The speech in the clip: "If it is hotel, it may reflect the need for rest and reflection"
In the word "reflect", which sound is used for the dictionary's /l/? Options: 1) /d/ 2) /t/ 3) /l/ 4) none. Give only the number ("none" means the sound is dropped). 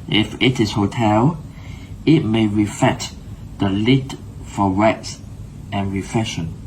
4